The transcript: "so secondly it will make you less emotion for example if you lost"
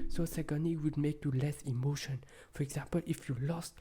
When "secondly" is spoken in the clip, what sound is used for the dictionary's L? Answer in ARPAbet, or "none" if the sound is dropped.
none